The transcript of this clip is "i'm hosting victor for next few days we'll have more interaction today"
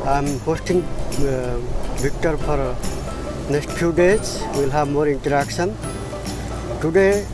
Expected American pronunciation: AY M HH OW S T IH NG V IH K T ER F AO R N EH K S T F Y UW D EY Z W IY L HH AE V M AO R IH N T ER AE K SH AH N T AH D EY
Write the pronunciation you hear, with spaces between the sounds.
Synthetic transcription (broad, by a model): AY M HH OW S T IH NG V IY K T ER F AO R N EH K S T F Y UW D EY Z W IY L HH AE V M AO R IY N T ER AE K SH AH N T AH D EY